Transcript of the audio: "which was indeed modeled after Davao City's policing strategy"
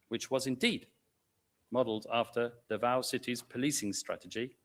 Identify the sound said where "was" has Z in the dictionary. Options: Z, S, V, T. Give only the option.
Z